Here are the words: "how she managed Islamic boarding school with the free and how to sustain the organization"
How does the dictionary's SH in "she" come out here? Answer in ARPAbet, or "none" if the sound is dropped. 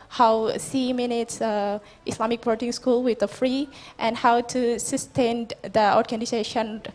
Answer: S